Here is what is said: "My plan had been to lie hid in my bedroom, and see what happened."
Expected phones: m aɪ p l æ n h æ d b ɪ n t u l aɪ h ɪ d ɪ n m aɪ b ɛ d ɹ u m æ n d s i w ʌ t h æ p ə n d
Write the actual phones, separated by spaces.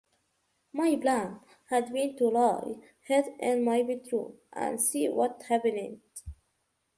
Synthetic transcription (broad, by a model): m aɪ b l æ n h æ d b ɪ n t u l aɪ h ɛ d ɪ n m aɪ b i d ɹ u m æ n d s i w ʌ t h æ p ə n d